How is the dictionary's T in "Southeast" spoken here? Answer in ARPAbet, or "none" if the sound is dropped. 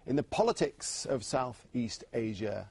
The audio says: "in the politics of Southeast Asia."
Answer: T